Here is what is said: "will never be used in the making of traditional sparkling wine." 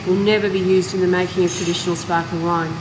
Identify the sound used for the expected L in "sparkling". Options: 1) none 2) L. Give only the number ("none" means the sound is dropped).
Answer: 1